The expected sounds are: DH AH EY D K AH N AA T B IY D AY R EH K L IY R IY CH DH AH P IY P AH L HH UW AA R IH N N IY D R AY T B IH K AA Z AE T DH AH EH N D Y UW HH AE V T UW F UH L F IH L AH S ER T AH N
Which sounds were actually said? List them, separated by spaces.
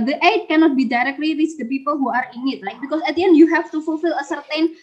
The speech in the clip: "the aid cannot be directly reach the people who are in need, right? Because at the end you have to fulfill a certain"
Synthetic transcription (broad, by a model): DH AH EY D K AH N AA T B IY D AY R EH K L IY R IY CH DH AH P IY P AH L HH UW AA R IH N N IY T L AY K B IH K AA S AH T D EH N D Y UW HH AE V T UW F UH L F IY L AH S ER T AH N